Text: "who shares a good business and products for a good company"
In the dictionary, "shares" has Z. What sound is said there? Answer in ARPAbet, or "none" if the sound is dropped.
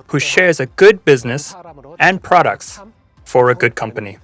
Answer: Z